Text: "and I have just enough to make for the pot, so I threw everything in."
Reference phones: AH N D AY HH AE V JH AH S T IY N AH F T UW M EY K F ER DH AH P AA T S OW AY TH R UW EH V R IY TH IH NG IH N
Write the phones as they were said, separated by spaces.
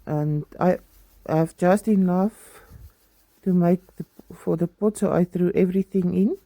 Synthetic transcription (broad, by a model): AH N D AY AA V JH AH S T IY N AH F T UW M EY K F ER DH AH P AA T S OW AY TH R UW EH V R IY TH IH NG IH N